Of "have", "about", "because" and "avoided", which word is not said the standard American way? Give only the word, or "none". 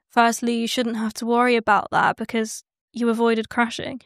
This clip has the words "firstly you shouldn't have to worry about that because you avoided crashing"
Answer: have